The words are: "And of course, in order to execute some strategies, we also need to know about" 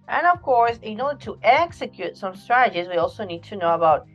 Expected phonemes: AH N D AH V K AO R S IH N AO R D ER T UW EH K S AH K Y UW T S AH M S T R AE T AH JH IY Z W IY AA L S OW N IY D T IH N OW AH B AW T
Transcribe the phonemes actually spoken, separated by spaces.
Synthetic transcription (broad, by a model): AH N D AH V K AO R S IH N AO R D ER T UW EH K S AH K Y UW T S AH M S T R AE T AH JH IY Z W IY AA L S OW N IY D T IH N OW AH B AW T